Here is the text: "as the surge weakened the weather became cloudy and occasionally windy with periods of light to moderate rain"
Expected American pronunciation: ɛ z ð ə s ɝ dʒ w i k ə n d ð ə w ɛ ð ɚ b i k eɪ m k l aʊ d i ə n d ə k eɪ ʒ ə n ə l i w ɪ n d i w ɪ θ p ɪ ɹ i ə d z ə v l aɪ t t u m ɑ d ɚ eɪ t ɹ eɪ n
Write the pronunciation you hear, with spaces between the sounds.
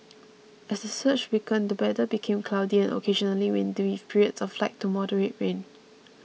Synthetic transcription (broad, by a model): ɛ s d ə s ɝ tʃ w i k ə n d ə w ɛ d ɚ b i k eɪ m k l aʊ d i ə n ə k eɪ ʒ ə n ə l i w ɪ n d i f p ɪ ɹ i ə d s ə f l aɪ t t u m ɑ d ɚ eɪ t ɹ eɪ n